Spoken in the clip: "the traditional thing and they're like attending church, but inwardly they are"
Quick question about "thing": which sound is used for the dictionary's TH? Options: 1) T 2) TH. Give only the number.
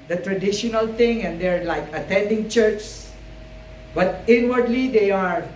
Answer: 1